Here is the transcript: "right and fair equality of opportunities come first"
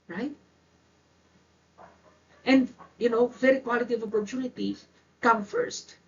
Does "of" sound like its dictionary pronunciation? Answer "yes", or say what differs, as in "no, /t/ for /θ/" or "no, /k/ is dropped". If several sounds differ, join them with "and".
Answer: yes